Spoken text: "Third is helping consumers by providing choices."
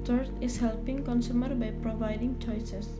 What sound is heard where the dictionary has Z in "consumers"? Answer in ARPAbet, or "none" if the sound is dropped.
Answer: none